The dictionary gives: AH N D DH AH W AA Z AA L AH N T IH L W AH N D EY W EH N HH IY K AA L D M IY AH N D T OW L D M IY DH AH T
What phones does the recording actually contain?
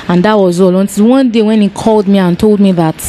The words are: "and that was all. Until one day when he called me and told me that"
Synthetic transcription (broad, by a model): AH N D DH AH W AA Z AA L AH N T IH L W AH N D EY W EH N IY K AA L D M IY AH N T OW L D M IY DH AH T